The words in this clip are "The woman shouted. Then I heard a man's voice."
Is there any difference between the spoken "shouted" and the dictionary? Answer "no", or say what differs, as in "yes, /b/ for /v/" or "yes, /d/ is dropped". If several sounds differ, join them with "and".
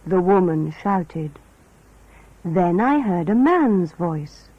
no